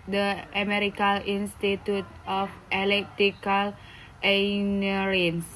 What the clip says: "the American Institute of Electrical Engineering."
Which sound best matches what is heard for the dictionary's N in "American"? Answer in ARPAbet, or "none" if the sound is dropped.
L